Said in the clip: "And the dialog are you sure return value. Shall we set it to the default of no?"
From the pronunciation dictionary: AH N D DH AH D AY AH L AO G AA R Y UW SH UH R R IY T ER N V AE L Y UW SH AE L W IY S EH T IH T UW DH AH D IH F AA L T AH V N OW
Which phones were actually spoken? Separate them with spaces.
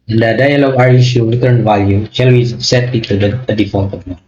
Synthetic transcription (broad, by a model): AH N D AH D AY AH L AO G AA R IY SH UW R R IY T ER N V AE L Y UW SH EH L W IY S EH T IH T UW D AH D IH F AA T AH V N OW